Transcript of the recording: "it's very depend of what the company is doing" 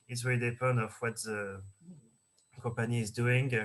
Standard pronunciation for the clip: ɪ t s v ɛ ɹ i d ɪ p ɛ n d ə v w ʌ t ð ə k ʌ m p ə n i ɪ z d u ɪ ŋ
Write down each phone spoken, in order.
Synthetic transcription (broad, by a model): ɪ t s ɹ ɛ l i d ɪ p ɛ n d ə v w ʌ t ð ə k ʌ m p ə n i ɪ z d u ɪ ŋ